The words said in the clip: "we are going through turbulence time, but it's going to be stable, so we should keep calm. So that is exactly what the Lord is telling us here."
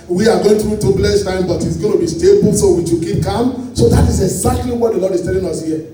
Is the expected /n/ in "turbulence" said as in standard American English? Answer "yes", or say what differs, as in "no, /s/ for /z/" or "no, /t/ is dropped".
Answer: no, /n/ is dropped